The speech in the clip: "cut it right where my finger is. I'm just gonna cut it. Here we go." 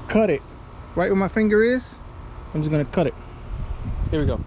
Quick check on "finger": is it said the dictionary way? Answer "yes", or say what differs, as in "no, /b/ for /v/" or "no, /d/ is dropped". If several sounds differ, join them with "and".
yes